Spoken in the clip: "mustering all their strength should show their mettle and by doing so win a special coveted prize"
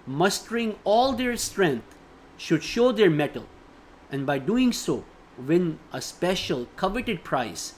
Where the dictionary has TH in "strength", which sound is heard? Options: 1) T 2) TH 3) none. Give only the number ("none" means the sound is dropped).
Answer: 1